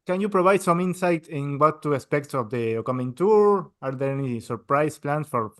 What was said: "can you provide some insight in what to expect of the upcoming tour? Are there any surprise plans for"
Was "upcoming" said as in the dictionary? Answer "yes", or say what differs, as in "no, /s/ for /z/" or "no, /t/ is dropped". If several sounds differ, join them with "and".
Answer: no, /p/ is dropped